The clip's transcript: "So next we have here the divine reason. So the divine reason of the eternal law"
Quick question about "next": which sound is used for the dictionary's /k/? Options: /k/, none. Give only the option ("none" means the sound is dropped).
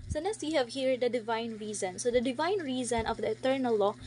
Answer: none